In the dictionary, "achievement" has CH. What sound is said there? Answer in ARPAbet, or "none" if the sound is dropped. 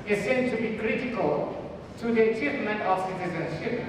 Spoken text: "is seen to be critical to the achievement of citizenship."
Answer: CH